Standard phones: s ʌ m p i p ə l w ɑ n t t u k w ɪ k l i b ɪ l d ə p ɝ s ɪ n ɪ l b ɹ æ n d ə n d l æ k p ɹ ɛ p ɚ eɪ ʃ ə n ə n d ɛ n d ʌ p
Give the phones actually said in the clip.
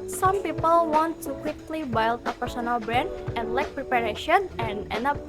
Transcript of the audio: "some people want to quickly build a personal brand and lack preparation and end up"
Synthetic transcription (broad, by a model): s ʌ m p i p ə l w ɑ n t t u k w ɪ k l i b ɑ l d ə p ɝ s ɪ n ɪ l b ɹ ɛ n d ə n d l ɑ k p ɹ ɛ p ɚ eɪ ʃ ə n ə n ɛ n ʌ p